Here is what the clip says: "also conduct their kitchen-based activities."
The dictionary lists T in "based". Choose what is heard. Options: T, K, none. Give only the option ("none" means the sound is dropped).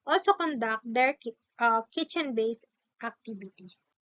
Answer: T